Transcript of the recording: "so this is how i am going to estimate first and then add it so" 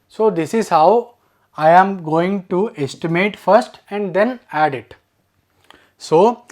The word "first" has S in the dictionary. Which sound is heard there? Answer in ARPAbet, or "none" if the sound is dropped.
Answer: S